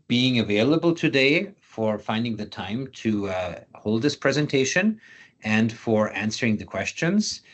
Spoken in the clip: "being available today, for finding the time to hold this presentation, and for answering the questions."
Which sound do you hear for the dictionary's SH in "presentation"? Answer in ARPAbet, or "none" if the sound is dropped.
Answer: SH